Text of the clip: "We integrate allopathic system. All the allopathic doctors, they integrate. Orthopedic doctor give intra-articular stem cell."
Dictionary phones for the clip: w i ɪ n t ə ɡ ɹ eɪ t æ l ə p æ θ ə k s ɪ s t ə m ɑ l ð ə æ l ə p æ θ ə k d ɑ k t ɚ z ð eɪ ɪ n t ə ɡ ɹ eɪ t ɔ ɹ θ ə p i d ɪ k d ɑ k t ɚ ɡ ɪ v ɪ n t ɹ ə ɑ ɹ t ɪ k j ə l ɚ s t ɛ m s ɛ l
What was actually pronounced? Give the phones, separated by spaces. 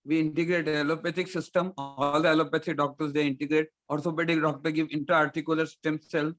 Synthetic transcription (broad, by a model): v i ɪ n t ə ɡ ɹ eɪ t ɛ l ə p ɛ t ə k s ɪ s t ə m ɑ l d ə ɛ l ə p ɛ t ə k d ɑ k t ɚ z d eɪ ɪ n t ə ɡ ɹ eɪ t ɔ ɹ s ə b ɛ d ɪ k d ɑ k t ɚ ɡ ɪ v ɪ n t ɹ ɑ ɹ t ɪ k j ə l ɚ s t ɛ m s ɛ l